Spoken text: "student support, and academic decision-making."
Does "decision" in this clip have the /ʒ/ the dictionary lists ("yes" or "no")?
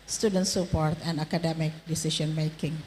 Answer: no